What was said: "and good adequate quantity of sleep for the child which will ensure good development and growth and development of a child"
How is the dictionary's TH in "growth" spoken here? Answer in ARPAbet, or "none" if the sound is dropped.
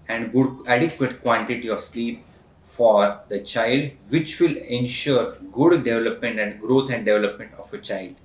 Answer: T